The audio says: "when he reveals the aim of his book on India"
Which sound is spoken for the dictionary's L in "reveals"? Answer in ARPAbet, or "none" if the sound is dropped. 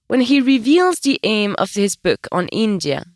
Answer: L